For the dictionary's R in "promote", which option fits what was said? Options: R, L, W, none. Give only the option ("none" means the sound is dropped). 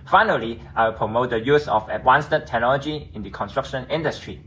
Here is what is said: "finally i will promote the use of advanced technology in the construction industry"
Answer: R